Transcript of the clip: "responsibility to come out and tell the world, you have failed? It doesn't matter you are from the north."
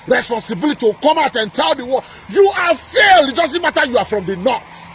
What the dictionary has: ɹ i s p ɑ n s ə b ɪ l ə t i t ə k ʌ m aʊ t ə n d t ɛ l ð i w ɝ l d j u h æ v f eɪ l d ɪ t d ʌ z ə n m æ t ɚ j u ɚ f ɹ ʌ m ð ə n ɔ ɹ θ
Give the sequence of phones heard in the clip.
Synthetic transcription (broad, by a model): ɹ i s p ɑ n s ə b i l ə t i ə k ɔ m aʊ t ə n t ɛ l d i w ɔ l j u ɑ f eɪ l ɪ t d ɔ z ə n m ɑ t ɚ j u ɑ f ɹ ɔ m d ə n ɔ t